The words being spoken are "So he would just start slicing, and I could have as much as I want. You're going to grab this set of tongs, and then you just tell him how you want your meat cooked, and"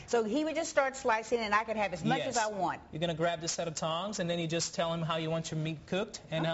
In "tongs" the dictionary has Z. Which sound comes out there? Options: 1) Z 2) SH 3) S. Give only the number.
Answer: 1